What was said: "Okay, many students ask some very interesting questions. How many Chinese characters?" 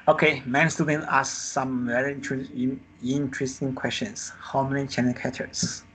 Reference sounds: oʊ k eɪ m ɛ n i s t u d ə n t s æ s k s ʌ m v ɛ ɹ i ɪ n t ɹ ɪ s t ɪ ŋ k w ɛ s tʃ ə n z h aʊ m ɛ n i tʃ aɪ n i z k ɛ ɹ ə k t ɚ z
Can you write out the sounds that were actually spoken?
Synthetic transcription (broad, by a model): oʊ k eɪ m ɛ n s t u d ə n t ɑ s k s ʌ m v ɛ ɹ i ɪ n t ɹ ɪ s t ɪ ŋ k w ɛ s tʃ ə n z h aʊ m ɛ n i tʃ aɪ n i k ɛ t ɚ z